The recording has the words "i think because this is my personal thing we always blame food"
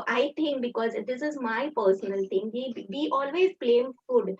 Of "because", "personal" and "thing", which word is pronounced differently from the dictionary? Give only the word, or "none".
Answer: thing